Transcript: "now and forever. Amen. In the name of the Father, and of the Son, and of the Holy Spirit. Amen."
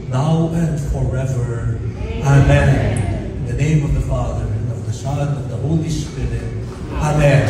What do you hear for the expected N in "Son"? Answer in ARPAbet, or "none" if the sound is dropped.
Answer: none